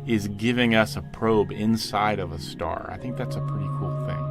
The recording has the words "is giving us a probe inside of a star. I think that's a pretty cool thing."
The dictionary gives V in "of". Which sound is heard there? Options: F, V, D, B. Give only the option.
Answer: V